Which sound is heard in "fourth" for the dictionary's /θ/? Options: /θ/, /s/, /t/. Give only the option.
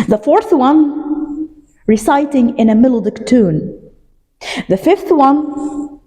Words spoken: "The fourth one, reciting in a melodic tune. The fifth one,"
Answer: /θ/